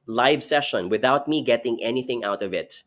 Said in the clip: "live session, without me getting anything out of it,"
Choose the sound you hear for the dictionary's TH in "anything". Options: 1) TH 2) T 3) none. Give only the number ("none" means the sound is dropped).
1